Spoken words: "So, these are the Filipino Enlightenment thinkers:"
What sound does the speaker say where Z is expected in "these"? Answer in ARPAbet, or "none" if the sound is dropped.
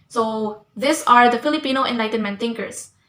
S